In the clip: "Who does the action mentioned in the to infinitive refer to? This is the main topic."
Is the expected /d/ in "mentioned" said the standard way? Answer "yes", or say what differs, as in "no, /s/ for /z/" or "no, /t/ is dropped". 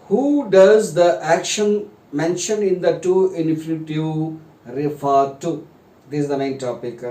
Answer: no, /d/ is dropped